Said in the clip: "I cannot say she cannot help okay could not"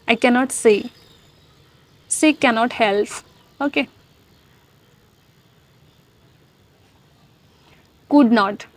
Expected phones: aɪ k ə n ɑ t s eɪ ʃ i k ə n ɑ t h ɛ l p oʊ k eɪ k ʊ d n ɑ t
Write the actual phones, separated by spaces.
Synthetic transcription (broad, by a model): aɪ k ə n ɑ t s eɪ s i k ə n ɑ t h ɛ l p oʊ k eɪ k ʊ d n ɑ t